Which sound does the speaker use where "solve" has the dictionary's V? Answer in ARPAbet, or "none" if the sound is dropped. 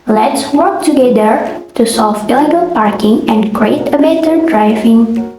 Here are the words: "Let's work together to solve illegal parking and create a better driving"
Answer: B